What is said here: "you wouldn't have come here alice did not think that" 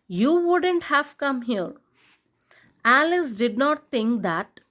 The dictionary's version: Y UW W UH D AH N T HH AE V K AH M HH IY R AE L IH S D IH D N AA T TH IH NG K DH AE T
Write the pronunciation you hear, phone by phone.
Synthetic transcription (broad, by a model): Y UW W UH D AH N T HH AE V K AH M HH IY R AE L IH S D IH D N AA T T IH NG K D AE T